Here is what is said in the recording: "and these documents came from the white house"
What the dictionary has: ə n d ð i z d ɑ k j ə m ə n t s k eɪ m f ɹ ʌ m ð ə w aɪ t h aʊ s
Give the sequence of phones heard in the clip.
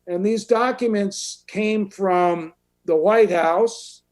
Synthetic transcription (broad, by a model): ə n ð i z d ɑ k j ə m ə n t s k eɪ m f ɹ ʌ m ð ə w aɪ t h aʊ s